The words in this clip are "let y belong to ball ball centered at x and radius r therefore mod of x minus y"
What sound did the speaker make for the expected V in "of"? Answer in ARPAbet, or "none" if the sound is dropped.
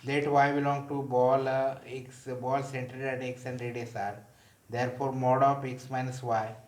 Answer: P